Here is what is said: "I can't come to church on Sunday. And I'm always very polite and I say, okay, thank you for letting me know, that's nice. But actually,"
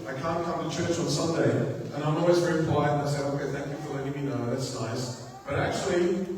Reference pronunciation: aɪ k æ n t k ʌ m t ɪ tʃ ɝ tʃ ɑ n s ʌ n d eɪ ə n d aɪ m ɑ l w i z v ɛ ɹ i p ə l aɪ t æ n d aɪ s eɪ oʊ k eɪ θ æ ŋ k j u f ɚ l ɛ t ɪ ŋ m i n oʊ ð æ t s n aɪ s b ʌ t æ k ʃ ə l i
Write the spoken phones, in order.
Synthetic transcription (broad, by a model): aɪ k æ n k ʌ m t ɪ tʃ ɝ tʃ n s ʌ n d eɪ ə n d aɪ m ɑ l w i z v ɛ ɹ i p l aɪ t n aɪ s eɪ oʊ k eɪ θ æ ŋ k j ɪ f ɚ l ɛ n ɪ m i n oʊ ð æ t s n aɪ s b ʌ t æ k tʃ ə l i